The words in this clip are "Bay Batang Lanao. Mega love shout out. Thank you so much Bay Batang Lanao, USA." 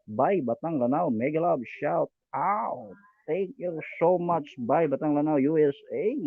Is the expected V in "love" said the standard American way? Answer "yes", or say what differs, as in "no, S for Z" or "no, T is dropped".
no, B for V